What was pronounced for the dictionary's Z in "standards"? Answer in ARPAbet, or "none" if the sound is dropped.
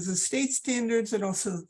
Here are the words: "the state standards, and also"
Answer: Z